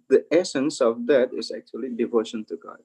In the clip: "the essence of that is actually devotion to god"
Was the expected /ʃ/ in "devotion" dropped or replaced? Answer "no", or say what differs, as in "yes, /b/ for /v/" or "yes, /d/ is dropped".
no